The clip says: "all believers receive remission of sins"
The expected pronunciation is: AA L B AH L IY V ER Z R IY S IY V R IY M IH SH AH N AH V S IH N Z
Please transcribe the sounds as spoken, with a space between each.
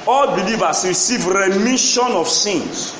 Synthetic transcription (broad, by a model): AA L B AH L IY V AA S R IY S IY V R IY M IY SH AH N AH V S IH N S